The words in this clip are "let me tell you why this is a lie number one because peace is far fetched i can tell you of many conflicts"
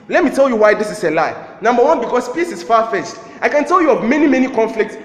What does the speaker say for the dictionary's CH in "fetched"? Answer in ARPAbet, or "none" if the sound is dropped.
S